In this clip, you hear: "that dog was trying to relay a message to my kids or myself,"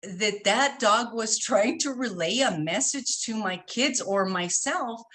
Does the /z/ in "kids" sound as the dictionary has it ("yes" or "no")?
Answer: yes